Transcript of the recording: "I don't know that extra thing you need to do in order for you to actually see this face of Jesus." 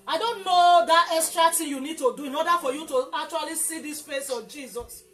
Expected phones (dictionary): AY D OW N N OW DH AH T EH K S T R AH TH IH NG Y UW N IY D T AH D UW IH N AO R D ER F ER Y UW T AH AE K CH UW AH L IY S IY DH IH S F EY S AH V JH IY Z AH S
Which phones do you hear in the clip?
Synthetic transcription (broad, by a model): AY D OW N N OW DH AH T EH S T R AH T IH Y UW N IY D T AH D UW IH N AO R D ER F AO Y UW T AH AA K CH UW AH L IY S IY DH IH S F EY S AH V JH IY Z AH S